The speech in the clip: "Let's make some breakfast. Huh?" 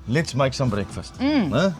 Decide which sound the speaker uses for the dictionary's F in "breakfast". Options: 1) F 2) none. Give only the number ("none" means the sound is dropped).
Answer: 1